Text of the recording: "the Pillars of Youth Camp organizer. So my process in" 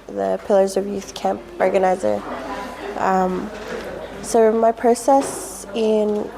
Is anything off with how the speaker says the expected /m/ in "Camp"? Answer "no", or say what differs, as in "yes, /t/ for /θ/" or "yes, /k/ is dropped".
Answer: no